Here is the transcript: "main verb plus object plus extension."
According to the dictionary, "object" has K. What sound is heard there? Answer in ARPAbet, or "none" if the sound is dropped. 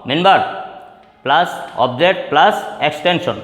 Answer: none